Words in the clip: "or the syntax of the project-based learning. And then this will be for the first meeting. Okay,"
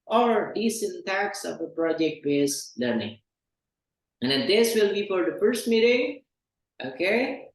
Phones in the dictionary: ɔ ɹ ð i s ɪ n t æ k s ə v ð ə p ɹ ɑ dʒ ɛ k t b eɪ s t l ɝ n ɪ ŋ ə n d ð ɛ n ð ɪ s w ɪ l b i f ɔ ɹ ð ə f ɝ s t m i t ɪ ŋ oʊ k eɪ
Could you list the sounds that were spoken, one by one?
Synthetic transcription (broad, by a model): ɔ ɹ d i s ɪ n t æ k s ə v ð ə p ɹ ɑ dʒ ɛ k t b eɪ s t l ɝ n ɪ ŋ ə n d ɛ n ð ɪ s w ɪ l b i f ɔ ɹ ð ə f ɝ s t m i t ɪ ŋ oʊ k eɪ